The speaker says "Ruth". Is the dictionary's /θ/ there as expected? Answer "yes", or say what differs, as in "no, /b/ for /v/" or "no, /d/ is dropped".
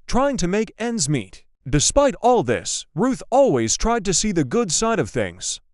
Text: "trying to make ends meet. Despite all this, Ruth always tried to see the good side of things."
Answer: yes